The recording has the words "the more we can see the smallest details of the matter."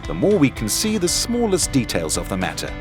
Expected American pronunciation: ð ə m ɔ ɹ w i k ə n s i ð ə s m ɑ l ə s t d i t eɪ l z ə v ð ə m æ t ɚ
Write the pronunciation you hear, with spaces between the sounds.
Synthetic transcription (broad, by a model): ð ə m ɔ ɹ w i k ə n s i ð ə s m ɑ l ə s d i t eɪ l z ə v ð ə m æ t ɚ